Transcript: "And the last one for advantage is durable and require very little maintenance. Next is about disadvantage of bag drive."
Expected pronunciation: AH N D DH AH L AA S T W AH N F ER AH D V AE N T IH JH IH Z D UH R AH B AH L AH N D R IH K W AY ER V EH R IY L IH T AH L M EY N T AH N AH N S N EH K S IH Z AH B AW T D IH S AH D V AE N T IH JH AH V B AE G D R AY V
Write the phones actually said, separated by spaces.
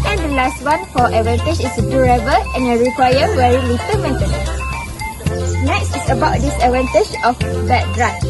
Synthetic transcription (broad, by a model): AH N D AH L AA S T W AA N F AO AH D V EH N T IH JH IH S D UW R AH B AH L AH N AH R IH K W AY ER W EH R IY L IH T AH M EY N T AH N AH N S N EH K S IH S AH B AW T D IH S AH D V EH N T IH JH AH F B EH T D R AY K